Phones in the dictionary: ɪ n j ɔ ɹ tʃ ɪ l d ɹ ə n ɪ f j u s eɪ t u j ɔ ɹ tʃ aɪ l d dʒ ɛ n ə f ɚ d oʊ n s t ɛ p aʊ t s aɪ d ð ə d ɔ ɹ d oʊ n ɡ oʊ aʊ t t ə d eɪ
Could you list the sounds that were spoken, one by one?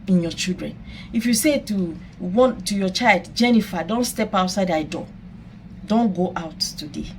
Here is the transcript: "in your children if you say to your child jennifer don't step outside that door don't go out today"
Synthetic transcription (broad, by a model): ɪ n j ɔ tʃ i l d ɹ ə n ɪ f j u s eɪ t u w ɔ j tʃ aɪ l d dʒ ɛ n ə f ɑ d oʊ n s t ɛ p aʊ t s aɪ d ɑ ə d ɔ d oʊ n ɡ oʊ aʊ t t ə d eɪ